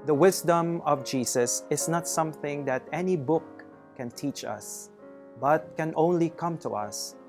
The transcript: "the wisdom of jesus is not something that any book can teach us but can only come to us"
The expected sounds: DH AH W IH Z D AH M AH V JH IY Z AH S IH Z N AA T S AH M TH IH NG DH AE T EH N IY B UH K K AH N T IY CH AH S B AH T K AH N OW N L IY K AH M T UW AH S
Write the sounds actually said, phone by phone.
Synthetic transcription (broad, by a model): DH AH W IH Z D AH M AH V JH IY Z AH S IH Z N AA T S AH M TH IH NG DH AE T EH N IY B UH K K AH N T IY CH AH S B AH T K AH N OW N L IY K AH M T UW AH S